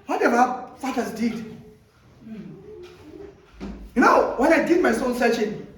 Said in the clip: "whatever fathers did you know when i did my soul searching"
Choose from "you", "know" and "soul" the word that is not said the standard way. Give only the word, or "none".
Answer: soul